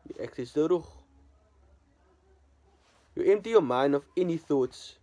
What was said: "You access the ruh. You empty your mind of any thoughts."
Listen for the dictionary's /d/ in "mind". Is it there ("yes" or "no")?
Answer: yes